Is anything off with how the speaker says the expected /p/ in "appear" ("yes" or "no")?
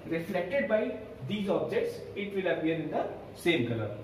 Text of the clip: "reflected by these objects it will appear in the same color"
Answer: yes